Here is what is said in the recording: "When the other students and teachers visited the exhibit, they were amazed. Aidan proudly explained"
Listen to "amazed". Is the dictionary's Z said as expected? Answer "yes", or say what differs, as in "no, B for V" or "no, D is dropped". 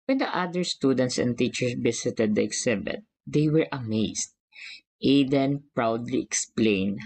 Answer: no, S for Z